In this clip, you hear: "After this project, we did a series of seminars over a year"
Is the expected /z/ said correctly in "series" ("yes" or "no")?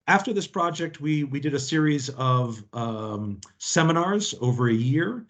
yes